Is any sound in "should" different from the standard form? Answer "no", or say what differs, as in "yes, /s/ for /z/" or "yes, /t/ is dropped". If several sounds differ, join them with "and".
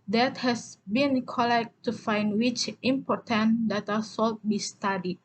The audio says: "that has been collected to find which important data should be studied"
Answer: yes, /s/ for /ʃ/